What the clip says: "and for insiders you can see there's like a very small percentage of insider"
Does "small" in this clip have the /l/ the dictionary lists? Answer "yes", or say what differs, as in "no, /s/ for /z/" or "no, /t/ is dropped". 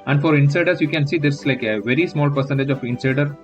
yes